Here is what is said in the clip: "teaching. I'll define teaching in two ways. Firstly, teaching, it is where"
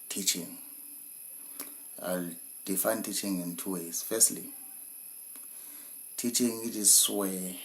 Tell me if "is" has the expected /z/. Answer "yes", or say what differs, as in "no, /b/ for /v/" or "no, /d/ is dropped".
no, /s/ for /z/